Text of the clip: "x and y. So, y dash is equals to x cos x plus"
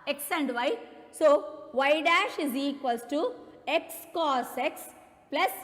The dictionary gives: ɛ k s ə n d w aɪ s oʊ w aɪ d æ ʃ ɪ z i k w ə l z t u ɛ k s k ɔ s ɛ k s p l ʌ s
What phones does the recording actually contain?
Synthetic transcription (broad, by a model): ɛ k s ə n d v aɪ s oʊ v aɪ d æ ʃ ɪ z i k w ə l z t u ɛ k s k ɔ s ɛ k s p l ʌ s